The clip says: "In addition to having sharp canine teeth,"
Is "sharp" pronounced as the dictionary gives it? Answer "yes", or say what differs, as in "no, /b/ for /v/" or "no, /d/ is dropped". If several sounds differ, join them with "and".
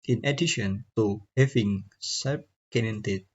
no, /s/ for /ʃ/